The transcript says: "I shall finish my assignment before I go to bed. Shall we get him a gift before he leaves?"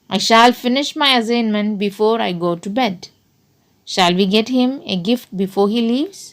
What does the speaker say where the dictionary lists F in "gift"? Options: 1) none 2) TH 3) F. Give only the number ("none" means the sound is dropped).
3